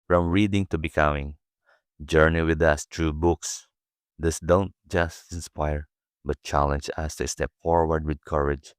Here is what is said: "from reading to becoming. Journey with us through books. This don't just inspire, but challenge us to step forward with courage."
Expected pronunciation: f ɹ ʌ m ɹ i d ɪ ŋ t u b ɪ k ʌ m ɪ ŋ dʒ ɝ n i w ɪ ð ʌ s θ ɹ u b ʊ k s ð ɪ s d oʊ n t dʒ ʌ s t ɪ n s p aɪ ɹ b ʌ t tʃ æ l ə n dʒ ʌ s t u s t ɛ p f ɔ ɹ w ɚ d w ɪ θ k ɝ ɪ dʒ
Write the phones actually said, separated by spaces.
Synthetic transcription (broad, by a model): f ɹ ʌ m ɹ i d ɪ ŋ t u b ɪ k ʌ m ɪ ŋ dʒ ɝ n i w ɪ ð ʌ s t ɹ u b ʊ k s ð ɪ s d oʊ n t dʒ ʌ s t ɪ n s p aɪ ɹ b ʌ t tʃ æ l ə n dʒ ʌ s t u s t ɛ p f ɔ ɹ w ɚ d w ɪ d k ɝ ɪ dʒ